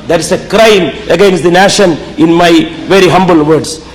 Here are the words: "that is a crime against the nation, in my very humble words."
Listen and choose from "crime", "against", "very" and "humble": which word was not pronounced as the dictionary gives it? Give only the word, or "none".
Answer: none